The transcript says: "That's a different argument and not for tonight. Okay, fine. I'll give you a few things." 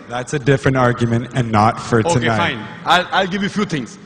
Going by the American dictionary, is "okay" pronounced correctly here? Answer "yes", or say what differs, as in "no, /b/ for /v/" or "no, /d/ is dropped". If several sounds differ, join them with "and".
no, /k/ is dropped